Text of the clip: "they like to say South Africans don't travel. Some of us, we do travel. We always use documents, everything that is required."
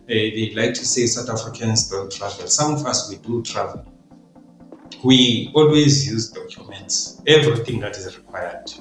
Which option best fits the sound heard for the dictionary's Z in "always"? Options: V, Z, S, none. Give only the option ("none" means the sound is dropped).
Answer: Z